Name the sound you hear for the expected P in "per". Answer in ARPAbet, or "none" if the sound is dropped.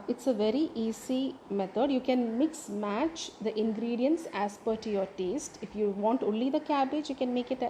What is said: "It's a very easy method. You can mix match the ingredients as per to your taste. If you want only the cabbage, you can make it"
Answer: P